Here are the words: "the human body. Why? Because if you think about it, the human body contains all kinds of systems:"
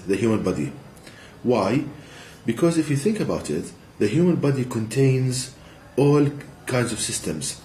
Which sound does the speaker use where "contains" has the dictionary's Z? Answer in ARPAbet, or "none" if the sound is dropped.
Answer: Z